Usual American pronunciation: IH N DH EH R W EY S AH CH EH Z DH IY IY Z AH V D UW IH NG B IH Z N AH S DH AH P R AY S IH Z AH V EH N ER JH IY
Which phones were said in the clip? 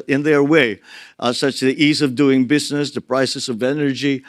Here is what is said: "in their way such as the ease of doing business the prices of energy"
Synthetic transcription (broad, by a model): IH N DH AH R W EY S AH CH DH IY IY Z AH V D UW IH NG B IH Z N AH S DH AH P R AY S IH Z AH V EH N ER JH IY